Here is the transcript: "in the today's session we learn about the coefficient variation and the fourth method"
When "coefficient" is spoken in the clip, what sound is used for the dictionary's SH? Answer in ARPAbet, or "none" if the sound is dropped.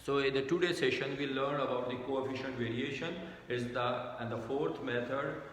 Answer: SH